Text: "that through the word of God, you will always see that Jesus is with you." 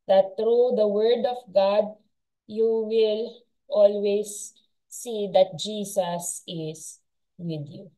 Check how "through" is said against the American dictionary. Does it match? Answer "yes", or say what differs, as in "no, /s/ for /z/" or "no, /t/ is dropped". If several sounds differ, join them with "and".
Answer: no, /t/ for /θ/